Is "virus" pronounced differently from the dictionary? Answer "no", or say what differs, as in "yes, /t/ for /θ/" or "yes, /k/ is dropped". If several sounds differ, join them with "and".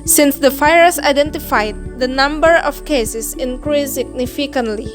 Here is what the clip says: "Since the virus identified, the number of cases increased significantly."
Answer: yes, /f/ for /v/ and /ɹ/ is dropped